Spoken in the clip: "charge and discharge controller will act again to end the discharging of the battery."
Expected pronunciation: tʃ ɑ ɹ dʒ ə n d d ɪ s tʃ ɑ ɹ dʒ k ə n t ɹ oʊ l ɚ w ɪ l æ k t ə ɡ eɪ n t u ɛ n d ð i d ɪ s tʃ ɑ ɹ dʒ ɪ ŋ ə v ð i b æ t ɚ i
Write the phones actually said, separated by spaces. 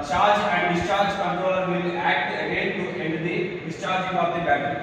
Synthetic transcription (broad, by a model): tʃ ɑ ɹ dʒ ə n d d ɪ s tʃ ɑ ɹ dʒ k ə n t ɹ oʊ l ɚ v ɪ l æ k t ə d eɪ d t u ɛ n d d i d ɪ s tʃ ɑ ɹ dʒ ɪ ŋ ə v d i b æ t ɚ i